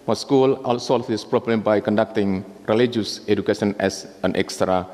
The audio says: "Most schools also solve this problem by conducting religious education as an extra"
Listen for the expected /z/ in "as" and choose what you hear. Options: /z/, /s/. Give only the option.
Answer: /s/